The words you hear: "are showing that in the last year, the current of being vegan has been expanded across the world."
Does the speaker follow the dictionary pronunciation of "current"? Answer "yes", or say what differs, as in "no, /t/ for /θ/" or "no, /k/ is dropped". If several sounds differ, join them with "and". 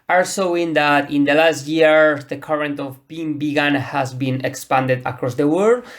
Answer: yes